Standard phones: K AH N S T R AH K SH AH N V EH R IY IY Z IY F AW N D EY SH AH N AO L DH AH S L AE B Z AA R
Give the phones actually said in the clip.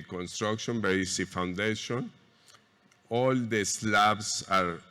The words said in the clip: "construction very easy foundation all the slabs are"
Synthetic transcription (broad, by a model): K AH N S T R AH K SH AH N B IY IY S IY F AW N D EY SH AH N AO L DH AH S L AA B S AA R